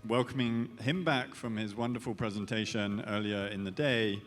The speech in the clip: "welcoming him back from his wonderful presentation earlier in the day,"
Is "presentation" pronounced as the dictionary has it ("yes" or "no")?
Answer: yes